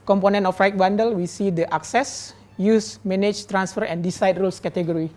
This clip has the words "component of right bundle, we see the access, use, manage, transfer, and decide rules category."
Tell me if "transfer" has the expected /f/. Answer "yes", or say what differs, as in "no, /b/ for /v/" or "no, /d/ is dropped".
yes